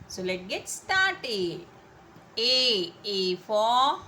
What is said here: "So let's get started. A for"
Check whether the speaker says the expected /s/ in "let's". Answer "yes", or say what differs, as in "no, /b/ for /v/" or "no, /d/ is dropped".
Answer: no, /s/ is dropped